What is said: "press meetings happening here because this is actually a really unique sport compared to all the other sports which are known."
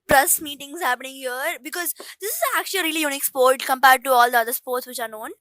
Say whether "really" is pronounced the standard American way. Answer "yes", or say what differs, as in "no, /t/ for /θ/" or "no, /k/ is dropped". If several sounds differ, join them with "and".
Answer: yes